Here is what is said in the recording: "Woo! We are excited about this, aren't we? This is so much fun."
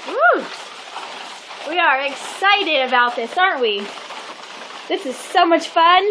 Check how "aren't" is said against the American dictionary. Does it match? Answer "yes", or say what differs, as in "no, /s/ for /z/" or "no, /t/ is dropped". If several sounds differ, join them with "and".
yes